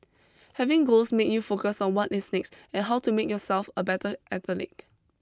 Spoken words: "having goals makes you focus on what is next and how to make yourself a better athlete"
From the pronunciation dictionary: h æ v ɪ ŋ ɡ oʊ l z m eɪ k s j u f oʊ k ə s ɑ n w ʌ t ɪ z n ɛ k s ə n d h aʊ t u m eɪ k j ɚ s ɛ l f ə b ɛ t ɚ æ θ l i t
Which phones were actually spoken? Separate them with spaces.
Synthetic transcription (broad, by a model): h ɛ v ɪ ŋ ɡ oʊ l s m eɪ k j u f oʊ k ə s ɑ n w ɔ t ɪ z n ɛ k s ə n h aʊ t u m eɪ k j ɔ s ɛ l f ə b ɛ t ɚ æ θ l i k